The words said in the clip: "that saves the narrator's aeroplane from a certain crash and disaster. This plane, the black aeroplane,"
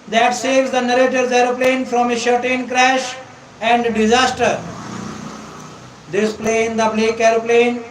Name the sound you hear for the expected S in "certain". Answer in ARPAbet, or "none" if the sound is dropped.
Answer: SH